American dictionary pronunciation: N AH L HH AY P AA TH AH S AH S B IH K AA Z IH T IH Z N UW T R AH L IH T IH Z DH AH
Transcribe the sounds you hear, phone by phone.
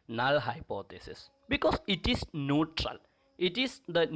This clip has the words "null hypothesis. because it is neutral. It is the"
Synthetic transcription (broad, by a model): N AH L HH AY P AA T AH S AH S B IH K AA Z IH T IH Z N UW T R AH L IH T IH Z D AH